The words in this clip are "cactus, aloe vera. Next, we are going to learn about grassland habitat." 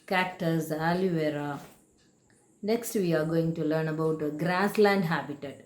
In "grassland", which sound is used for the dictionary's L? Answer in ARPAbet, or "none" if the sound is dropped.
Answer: L